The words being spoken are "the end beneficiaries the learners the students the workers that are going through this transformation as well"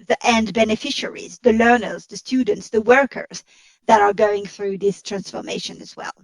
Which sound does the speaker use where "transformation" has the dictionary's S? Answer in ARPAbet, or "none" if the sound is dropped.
S